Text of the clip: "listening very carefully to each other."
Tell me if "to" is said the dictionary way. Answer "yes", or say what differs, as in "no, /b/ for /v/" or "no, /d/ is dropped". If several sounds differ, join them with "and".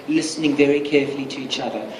yes